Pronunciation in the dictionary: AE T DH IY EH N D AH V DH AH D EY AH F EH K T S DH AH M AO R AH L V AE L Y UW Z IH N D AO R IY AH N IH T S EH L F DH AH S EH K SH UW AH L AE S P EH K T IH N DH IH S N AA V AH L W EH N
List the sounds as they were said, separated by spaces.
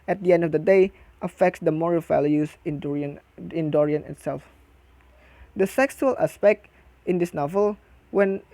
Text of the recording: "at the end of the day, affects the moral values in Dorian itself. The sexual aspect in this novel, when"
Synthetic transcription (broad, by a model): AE T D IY EH N D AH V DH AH D EY AH F EH K T S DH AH M AO R AH L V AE L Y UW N IH N D AO R IY AH N IH T S EH L F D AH S EH K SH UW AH L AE S P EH K T IH N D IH S N AA V AH L W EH N